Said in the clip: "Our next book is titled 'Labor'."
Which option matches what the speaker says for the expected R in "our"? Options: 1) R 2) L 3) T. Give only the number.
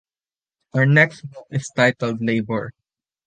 1